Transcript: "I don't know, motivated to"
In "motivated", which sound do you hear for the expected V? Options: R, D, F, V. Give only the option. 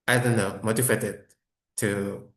F